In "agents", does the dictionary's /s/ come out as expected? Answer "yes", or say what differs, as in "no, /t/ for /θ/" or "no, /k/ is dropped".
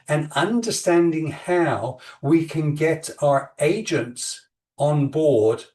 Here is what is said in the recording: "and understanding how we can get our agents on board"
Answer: yes